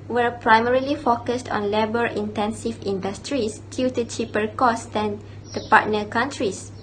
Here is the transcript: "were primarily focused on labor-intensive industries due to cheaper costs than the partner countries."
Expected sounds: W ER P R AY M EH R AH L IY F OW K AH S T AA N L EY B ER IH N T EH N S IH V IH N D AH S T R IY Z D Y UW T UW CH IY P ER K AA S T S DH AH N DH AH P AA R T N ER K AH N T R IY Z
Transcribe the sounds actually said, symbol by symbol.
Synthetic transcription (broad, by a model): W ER P R AY M EH R AH L IY F OW K AH S T AA N L EY B ER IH N T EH N S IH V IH N D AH S T R IY S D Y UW T UW CH IY P ER K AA S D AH N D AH P AA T N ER K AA N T R IY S